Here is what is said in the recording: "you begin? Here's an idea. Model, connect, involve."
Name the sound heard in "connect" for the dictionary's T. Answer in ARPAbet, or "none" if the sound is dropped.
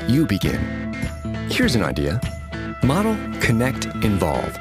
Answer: T